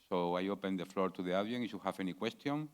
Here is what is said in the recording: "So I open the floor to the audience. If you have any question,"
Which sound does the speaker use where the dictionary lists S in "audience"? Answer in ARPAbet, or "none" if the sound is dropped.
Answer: none